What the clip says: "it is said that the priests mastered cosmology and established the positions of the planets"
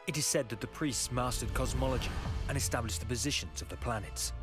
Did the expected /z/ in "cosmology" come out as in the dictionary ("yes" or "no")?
yes